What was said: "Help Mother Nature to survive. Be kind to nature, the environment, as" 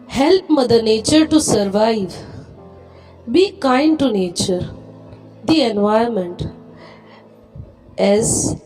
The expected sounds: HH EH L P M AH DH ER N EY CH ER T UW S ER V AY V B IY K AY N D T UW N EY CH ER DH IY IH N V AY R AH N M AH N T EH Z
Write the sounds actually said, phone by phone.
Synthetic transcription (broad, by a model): HH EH L P M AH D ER N EY CH ER T UW S ER V AY V B IY K AY N D T UW N EY CH ER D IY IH N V AY AH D M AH N T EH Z